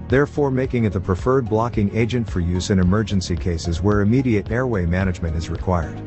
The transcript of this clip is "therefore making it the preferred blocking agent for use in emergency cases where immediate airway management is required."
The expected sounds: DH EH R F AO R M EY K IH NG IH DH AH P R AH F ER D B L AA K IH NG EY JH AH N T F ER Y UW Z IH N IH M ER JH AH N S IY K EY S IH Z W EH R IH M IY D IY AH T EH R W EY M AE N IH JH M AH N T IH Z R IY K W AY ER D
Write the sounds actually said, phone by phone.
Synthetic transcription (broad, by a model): DH EH R F AO R M EY K IH NG IH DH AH P R AH F ER D B L AA K IH NG EY JH AH N T F ER Y UW Z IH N IH M ER JH AH N S IY K EY S IH Z W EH R IH M IY D IY AH T EH R W EY M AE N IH JH M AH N T IH Z R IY K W AY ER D